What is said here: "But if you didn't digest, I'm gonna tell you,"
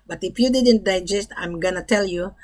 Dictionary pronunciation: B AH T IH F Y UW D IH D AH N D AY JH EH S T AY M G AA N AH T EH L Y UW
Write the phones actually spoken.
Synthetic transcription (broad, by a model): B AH T IH F Y UW D IH D AH N D AY JH EH S T AY M G AA N AH T EH L Y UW